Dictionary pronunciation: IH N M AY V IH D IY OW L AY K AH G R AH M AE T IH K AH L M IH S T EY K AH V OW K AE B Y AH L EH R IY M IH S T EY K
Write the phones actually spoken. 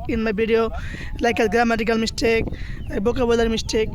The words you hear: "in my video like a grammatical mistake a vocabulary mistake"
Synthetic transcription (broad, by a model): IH N M AY B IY D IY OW L AY K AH G R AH M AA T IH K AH L M IH S T EY K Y B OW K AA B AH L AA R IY M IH S T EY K